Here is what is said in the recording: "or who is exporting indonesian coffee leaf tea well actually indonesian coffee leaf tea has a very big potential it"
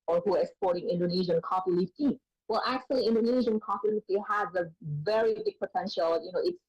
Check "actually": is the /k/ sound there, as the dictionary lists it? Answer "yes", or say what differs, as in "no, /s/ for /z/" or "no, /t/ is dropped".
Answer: yes